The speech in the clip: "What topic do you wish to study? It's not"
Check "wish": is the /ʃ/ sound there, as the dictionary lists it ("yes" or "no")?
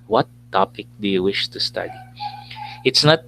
yes